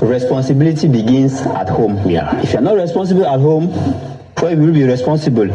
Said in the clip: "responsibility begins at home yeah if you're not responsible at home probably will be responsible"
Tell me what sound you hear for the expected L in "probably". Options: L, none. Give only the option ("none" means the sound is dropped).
none